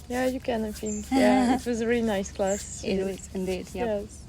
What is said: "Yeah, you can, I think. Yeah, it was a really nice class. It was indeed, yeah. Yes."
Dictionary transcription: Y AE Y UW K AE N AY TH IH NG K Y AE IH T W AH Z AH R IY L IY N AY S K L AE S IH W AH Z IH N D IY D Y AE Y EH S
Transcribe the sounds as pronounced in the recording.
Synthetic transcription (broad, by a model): Y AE Y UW K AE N AY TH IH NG K Y AE IH T W AH Z AH R IY L IY N AY S K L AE S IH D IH D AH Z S